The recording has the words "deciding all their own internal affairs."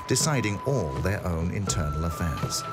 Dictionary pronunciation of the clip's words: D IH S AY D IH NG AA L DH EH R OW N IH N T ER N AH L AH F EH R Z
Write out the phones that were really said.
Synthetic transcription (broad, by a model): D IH S AY D IH NG AA L DH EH R OW N IH N T ER N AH L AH F EH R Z